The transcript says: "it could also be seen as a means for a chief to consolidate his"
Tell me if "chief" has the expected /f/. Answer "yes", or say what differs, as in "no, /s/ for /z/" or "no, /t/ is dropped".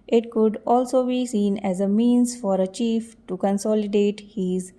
yes